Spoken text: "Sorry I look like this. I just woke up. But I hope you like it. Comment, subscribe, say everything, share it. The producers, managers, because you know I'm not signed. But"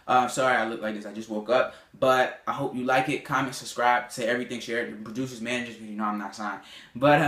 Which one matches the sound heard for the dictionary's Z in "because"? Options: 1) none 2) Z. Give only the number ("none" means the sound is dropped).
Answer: 1